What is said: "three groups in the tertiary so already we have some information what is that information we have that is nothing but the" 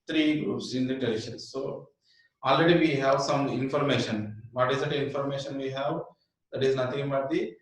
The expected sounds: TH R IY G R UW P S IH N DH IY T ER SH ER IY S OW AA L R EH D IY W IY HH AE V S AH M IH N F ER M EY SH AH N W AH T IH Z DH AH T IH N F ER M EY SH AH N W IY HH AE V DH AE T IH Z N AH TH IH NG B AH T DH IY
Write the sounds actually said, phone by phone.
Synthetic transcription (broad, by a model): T R IY G R UW P S IH N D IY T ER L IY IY S OW AA L R EH D IY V IY HH AE V S AH M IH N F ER M EY SH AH N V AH T IH Z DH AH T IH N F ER M EY SH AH N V IY HH AE V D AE T IH Z N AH T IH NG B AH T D IY